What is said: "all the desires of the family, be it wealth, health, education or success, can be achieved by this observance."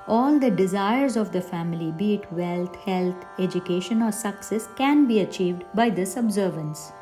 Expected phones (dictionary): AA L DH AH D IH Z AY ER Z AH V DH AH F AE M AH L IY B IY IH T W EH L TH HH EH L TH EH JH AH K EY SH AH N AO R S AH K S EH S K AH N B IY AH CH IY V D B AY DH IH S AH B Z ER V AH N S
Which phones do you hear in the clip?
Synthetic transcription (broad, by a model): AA L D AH D IH Z AY ER Z AH V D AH F AE M AH L IY B IY T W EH L T HH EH L T EH JH AH K EY SH AH N AO R S AH K S EH S K AH N B IY AH CH IY V D B AY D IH S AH B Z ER V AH N S